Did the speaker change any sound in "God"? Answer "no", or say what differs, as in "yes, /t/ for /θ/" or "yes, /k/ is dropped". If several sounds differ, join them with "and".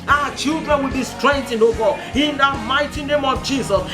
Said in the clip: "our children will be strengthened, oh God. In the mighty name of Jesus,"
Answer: yes, /d/ is dropped